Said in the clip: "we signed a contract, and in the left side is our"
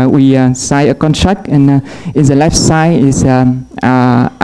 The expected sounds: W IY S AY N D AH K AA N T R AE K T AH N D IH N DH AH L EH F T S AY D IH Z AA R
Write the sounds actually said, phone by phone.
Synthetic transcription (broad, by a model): W IY S AY AH K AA N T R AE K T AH N IH N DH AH L EH F T S AY IH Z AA